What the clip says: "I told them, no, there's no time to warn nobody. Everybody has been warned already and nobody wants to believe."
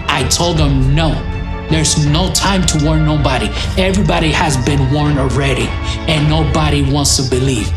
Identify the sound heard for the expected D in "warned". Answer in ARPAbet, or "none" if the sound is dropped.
none